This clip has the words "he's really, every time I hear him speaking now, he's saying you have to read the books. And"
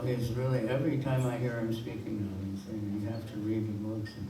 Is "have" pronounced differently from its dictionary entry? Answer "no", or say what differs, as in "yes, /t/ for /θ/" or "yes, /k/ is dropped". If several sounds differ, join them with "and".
yes, /f/ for /v/